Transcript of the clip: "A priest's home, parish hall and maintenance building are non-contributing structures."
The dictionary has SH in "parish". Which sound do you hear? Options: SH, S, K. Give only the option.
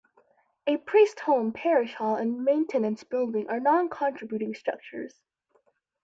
SH